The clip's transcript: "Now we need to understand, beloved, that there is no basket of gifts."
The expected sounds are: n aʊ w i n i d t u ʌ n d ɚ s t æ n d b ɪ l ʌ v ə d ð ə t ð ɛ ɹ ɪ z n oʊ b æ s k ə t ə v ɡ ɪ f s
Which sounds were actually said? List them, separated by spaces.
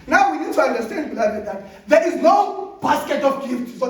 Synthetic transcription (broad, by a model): n aʊ w i n i d t u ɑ n d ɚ s t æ n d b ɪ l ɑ ə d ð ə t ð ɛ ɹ ɪ z n oʊ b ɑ s k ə t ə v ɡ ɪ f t